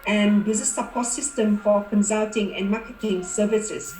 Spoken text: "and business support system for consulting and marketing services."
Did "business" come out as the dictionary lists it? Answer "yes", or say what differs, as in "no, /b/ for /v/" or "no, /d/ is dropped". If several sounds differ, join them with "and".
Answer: no, /n/ is dropped